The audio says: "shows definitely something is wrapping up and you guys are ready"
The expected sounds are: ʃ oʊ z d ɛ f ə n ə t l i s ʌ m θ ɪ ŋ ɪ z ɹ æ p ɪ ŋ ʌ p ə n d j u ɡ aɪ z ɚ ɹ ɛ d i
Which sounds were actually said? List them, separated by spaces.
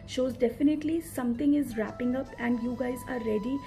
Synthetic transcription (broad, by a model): ʃ oʊ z d ɛ f ə n ə t l i s ʌ m t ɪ ŋ ɪ z ɹ æ p ɪ ŋ ʌ p ə n d j u ɡ aɪ z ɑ ɹ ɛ d i